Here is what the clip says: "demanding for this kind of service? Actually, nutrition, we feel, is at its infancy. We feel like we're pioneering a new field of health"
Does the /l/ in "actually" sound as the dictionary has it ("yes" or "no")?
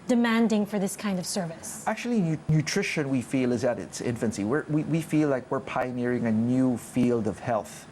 no